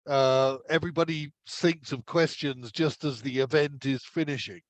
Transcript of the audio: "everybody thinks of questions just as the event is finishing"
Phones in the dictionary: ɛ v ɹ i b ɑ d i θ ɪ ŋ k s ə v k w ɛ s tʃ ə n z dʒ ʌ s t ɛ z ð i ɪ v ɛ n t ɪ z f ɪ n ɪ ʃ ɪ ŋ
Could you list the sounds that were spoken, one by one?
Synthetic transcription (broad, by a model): ɛ v ɹ i b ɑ d i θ ɪ ŋ k s ə v k w ɛ s tʃ ə n z dʒ ʌ s t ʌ z ð i ɪ v ɛ n t ɪ z f ɪ n ɪ ʃ ɪ ŋ